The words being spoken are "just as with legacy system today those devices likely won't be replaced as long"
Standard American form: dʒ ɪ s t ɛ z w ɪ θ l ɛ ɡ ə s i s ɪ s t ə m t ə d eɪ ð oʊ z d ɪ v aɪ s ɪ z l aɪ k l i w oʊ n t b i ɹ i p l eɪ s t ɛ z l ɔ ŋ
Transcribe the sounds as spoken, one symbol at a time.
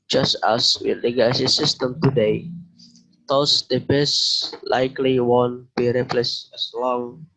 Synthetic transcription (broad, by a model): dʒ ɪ s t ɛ s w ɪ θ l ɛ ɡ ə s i s ɪ s t ə m t ə d eɪ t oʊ s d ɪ b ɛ s l aɪ k l i w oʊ n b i ɹ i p l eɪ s ɛ s l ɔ ŋ